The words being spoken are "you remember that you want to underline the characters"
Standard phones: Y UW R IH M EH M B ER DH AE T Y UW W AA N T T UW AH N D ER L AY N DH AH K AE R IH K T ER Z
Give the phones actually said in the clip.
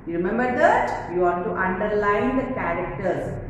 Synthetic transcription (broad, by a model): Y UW R IH M EH M B ER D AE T Y UW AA T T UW AH N D ER L AY N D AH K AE R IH K T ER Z